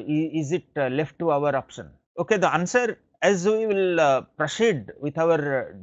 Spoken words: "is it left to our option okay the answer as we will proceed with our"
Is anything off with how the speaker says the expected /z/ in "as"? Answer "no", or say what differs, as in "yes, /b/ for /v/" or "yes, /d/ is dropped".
no